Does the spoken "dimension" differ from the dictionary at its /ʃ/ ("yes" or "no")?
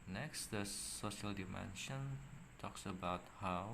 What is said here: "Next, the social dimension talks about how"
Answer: no